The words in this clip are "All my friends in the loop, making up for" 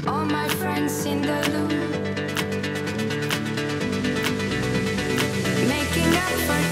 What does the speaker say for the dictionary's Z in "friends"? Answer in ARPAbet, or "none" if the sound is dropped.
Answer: S